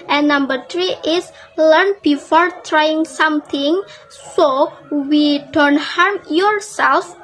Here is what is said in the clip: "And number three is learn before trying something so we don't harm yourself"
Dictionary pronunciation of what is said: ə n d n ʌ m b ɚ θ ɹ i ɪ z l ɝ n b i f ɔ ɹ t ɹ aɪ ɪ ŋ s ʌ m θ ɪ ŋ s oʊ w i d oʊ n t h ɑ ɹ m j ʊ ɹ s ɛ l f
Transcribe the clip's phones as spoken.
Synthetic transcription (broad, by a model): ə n n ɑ m b ɚ t ɹ i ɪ s l ɝ n b i f ɔ ɹ t ɹ aɪ ɪ ŋ s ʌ m t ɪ ŋ s oʊ w i d oʊ n t h ɑ ɹ m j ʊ ɹ s ɛ l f